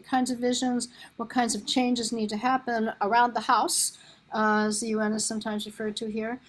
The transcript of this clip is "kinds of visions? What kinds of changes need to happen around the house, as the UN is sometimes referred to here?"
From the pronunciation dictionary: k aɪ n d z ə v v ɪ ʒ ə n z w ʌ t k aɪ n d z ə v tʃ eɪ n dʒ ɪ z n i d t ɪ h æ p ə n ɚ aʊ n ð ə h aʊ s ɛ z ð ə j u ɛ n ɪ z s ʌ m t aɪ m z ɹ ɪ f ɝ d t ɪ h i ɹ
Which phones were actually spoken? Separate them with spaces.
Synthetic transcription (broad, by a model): k aɪ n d z ə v v ɪ ʒ ə n z w ʌ t k aɪ n d z ə v tʃ eɪ n dʒ ɪ z n i d t ɪ h æ p ə n ɚ aʊ n ð ə h aʊ s z ð ə j u ɛ n ɪ z s ʌ m t aɪ m z ɹ ɪ f ɝ d t ɪ h i ɹ